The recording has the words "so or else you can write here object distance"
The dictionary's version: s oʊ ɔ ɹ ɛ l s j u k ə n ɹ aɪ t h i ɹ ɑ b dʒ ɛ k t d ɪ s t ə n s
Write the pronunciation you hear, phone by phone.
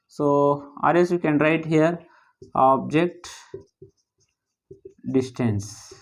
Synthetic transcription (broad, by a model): s oʊ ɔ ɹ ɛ s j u k ə n ɹ aɪ t h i ɹ ɑ b dʒ ɛ k t d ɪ s t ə n s